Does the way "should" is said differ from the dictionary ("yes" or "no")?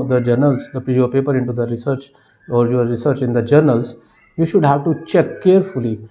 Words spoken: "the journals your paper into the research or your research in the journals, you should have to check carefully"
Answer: no